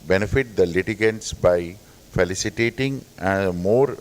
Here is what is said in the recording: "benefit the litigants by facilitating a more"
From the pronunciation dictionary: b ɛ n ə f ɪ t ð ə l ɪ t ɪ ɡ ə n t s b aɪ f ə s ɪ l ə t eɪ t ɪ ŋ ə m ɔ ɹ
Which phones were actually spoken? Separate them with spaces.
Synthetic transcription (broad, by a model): b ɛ n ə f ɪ t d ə l ɪ t ɪ ɡ ə n t s b aɪ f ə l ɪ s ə t eɪ t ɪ ŋ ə m ɔ ɹ